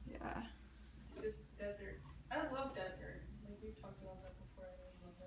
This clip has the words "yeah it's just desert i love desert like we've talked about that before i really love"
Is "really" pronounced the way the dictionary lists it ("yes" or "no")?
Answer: no